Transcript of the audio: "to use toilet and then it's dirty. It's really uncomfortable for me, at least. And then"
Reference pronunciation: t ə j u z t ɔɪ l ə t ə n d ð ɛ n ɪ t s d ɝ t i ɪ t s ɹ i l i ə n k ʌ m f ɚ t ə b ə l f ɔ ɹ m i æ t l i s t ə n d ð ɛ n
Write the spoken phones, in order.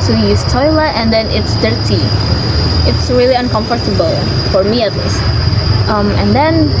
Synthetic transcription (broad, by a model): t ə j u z t ɔɪ l ə t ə n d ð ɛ n ɪ t s d ɝ t i ɪ t s ɹ i l i ə n k ʌ m f ɚ t ə b ə l f ɔ ɹ m i æ t l i s t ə n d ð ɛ n